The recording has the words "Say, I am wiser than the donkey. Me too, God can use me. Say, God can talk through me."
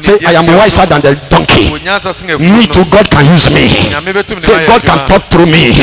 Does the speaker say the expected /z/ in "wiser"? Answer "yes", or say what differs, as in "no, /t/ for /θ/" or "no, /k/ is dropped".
no, /s/ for /z/